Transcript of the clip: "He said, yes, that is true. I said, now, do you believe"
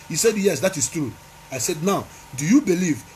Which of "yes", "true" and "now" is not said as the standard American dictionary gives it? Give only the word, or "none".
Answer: none